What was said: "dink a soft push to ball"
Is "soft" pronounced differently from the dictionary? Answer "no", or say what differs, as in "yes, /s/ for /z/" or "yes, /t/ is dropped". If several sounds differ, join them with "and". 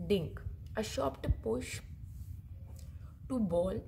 yes, /ʃ/ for /s/ and /p/ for /f/